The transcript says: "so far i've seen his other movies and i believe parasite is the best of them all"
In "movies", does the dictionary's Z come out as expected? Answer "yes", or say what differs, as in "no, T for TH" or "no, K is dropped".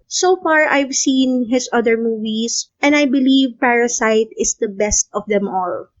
no, S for Z